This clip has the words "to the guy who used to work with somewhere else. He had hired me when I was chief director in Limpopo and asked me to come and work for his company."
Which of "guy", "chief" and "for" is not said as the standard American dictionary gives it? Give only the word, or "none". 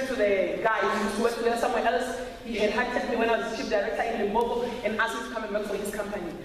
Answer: chief